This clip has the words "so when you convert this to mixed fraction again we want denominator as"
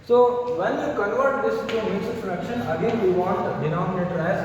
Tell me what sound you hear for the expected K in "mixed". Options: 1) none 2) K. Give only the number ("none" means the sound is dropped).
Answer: 1